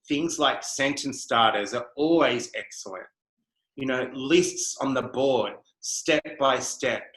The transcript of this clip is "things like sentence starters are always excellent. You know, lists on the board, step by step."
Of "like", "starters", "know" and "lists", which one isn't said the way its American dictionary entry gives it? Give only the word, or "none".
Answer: none